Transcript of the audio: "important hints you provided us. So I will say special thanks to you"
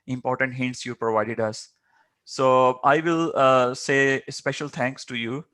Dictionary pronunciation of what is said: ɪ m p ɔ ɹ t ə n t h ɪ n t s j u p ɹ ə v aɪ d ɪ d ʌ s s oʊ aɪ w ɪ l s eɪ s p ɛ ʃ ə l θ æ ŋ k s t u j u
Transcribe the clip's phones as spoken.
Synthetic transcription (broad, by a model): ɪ m p ɔ ɹ t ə n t h ɪ n t s j u p ɹ ə v aɪ d ɪ d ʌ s s oʊ aɪ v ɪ l s eɪ s p ɛ ʃ ə l t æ ŋ k s t u j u